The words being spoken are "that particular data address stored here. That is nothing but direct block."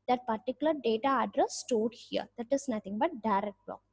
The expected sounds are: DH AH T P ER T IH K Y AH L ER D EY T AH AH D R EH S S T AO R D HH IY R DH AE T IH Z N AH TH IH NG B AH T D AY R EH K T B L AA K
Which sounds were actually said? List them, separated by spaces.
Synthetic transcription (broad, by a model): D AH T P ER T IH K Y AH L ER D EY T AH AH D R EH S S T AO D HH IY R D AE T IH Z N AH T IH NG B AH T D AY R EH K T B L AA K